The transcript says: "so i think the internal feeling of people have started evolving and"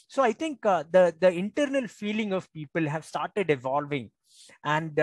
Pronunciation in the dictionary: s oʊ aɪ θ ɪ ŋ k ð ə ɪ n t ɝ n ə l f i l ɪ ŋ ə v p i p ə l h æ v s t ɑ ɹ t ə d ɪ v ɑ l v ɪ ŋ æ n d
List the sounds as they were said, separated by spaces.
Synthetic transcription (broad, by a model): s oʊ aɪ t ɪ ŋ k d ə ɪ n t ɝ n ə l f i l ɪ ŋ ə v p i p ə l h æ v s t ɑ ɹ t ə d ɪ v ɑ l v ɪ ŋ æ n d